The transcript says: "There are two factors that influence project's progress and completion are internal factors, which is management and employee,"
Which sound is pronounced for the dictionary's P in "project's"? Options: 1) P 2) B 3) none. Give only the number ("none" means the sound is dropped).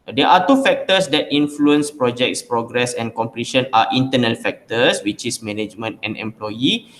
1